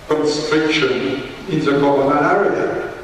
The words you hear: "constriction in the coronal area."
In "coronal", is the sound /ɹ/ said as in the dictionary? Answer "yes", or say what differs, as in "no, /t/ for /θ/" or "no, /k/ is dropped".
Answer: no, /l/ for /ɹ/